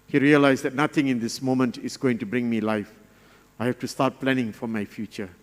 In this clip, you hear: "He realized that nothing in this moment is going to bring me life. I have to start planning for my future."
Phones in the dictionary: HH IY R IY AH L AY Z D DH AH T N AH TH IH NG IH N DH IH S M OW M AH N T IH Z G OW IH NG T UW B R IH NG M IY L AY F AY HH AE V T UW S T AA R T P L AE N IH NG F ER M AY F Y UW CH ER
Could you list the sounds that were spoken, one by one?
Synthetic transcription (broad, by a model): HH IY R IY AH L AY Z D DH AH T N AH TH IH NG IH N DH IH S M OW M AH N T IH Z G OW IH NG T UW B R IH NG M IY L AY F AY HH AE F T UW S T AA T P L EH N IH NG F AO M AY F Y UW CH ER